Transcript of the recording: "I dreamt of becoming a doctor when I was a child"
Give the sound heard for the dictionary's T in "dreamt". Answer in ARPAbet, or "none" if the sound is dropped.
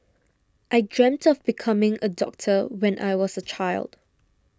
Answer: T